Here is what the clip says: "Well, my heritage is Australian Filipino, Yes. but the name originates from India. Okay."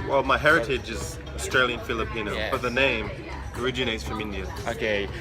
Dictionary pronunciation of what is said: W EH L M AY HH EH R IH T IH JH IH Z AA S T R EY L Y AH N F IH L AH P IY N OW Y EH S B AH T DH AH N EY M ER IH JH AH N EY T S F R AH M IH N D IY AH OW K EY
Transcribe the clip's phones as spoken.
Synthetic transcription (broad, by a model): W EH L M AY HH EH R IH T IH JH IH Z AA S T R EY L Y AH N F IH L AH P IY N OW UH B AH T DH AH N EY M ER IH JH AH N EY T S F R AH M IH N D IY AH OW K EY